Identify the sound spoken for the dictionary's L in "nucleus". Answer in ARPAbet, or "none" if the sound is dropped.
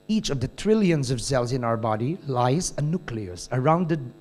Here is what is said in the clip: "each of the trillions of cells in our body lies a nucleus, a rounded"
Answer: L